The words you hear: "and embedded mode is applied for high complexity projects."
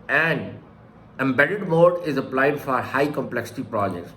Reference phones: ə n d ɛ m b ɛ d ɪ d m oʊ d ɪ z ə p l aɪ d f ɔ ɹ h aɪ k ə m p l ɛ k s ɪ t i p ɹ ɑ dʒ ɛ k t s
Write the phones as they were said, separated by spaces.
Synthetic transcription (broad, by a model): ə n d ɛ m b ɛ d ɪ d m oʊ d ɪ z ə p l aɪ d f ɔ ɹ h aɪ k ə m p l ɛ k s ɪ t i p ɹ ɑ dʒ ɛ k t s